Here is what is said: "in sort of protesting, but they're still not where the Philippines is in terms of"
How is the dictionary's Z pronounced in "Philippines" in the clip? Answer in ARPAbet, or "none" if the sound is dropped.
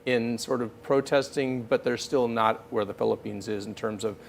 Z